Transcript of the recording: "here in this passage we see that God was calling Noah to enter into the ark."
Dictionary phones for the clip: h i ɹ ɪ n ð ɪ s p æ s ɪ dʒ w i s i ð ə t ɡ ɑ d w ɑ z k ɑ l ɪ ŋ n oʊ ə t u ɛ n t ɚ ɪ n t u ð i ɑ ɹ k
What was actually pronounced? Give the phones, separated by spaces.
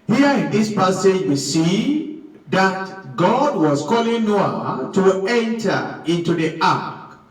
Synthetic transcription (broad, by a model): h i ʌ ɪ n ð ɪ s p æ s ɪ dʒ w i s i ð ə t ɡ ɑ d w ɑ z k ɑ l ɪ ŋ n oʊ ə t u ɛ n t ɚ ɪ n t u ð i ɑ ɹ k